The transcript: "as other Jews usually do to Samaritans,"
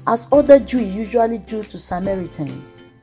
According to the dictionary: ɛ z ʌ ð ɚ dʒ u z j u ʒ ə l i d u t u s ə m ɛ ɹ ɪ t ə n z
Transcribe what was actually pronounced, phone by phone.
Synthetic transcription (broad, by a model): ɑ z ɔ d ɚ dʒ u j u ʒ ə l i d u t u s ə m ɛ ɹ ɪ t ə n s